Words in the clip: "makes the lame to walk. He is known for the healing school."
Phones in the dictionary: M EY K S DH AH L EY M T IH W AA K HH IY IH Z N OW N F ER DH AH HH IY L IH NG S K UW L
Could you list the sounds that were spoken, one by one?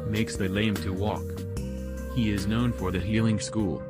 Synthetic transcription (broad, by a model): M EY K S DH AH L EY M T IH W AA K HH IY IH Z N OW N F ER DH AH HH IY L IH NG S K UW L